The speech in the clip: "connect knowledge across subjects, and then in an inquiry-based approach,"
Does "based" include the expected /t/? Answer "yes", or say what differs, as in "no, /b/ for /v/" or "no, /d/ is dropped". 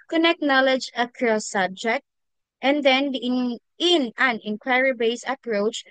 no, /t/ is dropped